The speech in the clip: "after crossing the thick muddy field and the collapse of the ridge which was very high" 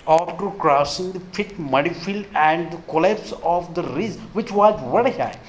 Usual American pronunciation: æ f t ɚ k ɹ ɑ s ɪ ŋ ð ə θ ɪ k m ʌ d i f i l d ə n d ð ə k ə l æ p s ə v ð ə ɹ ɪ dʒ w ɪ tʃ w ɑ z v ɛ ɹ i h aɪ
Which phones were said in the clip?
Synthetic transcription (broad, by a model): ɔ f t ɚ k ɹ ɑ s ɪ ŋ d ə f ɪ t m ʌ d i f i l d ə n d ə k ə l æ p s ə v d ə ɹ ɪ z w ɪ tʃ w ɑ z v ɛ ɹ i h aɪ